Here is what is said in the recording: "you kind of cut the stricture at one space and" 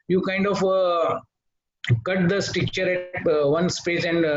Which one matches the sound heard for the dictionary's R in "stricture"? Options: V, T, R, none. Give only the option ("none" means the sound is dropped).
none